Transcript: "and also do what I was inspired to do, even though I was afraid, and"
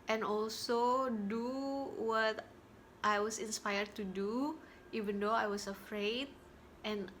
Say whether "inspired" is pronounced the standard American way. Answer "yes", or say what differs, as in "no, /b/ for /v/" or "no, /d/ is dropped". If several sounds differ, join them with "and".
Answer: yes